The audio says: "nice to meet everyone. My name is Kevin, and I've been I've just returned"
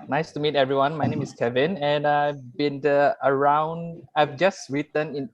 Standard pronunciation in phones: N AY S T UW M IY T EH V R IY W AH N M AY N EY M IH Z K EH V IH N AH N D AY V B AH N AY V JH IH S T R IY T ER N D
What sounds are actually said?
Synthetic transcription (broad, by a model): N AY S T UW M IY T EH V R IY W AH N M AY N EY M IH S K EH V IH N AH N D AY V B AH N AY V JH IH S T R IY T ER N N